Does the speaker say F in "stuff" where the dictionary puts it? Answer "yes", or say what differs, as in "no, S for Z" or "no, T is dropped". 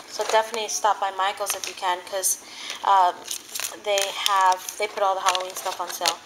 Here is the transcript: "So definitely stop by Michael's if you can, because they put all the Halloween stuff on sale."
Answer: yes